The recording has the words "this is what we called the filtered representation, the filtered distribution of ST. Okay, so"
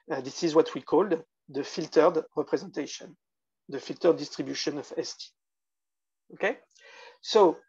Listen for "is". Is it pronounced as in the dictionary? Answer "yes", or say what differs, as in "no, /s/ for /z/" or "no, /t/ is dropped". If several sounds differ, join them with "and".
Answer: yes